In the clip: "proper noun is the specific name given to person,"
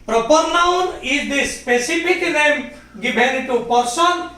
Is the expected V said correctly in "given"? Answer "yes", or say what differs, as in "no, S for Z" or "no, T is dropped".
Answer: no, B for V